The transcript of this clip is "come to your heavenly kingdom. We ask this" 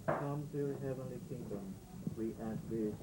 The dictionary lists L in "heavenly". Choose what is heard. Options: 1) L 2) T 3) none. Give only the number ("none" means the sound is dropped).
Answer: 1